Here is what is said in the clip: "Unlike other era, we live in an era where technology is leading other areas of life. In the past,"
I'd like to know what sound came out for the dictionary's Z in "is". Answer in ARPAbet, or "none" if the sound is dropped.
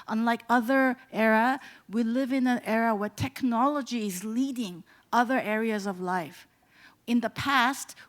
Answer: Z